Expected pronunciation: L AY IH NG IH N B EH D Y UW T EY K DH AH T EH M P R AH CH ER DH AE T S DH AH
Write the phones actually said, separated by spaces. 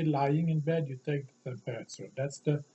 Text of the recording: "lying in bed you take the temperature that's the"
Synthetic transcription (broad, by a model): L AY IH NG IH N B EH D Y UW T EY K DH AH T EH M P AH S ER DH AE T S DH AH